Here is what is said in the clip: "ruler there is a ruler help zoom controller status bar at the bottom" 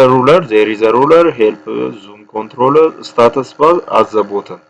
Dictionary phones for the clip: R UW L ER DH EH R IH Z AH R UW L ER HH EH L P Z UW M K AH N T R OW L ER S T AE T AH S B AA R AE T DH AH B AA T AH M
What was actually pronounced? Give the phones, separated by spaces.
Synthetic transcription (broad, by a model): R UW L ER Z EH R IH Z AH R UW L ER HH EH L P Z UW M K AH N T R OW L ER S T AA T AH S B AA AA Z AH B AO T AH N